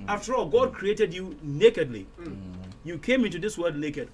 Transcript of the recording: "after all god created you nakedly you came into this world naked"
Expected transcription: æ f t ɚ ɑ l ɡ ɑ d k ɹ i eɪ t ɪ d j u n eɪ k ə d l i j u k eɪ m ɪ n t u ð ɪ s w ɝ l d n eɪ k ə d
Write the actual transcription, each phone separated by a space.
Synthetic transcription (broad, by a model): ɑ f t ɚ ɑ l ɡ ɑ d k ɹ i eɪ t ɪ d j u n eɪ k ə d l i j u k eɪ m ɪ n t u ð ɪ s w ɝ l d n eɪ k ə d